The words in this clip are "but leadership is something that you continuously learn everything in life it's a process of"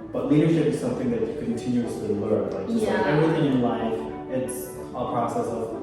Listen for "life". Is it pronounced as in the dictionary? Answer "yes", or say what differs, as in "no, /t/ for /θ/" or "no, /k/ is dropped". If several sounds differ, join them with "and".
yes